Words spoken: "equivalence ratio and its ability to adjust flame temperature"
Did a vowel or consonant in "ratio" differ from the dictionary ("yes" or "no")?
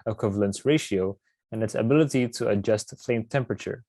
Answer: no